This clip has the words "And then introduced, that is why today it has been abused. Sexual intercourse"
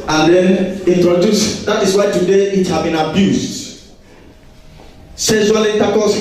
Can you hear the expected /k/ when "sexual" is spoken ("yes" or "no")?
no